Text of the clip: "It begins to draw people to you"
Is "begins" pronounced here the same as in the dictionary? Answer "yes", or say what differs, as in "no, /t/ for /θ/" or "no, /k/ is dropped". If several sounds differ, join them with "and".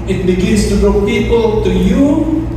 no, /s/ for /z/